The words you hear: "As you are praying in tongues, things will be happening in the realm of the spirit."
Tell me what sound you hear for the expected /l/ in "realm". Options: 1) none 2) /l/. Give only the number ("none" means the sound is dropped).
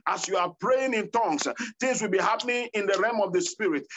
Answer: 1